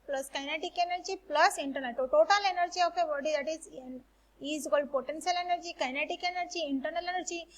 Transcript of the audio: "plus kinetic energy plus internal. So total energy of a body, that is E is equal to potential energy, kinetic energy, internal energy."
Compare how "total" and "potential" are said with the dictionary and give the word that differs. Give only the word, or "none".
potential